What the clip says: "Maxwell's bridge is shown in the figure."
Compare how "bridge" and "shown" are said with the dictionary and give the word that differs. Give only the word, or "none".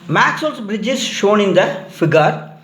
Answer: none